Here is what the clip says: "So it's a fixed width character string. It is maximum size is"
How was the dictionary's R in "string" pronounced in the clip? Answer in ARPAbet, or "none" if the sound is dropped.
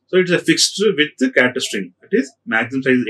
R